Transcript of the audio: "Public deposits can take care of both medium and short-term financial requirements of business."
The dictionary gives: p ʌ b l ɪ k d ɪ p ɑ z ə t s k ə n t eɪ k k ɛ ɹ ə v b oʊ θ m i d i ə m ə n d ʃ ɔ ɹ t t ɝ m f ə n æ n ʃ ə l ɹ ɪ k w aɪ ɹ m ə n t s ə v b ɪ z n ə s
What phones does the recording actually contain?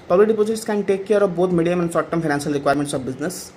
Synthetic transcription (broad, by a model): p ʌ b l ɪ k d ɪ p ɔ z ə t s k ə n t eɪ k k ɛ ɹ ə b oʊ t m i d i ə m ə n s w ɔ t t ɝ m p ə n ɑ n s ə l ɹ ɪ k w aɪ ɹ m ə n t s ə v b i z n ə s